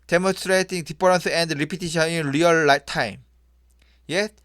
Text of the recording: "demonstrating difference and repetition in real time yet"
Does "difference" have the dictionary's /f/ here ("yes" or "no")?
no